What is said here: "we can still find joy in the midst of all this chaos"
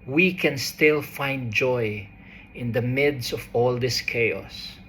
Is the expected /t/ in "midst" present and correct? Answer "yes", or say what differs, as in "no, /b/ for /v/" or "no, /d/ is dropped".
no, /t/ is dropped